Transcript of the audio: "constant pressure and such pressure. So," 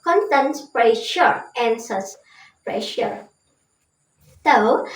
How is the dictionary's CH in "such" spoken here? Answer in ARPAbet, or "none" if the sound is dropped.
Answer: S